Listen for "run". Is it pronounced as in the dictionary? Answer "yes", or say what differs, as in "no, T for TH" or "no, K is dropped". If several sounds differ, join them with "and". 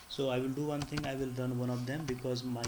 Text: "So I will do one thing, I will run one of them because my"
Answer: no, L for R